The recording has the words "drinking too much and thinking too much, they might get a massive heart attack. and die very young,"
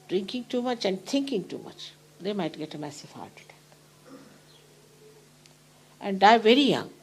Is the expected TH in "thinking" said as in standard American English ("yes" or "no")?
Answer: no